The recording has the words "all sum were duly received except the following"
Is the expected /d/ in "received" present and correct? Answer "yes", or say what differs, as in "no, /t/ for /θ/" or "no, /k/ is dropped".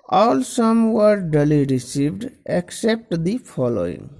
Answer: yes